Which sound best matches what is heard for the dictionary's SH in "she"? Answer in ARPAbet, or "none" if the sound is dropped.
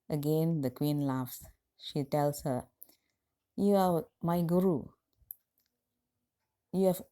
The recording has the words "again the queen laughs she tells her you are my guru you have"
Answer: SH